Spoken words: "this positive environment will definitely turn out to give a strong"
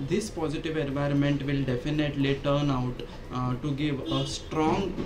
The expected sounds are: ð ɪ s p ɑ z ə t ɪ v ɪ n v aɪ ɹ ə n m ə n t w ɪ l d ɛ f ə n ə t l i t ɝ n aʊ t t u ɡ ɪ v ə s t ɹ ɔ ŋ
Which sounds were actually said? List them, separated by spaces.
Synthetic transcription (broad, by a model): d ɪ s p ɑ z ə t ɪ v ɪ n v aɪ ɹ ə n m ə n t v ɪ l d ɛ f ə n ə t l i t ɝ n aʊ t t u ɡ ɪ v ə s t ɹ ɔ ŋ